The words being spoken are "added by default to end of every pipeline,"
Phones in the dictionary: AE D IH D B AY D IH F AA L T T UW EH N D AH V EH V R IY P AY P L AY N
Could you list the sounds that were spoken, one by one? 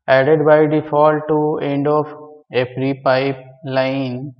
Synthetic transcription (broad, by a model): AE D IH D B AY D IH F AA L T T UW EH N D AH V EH P R IY P AY P L AY N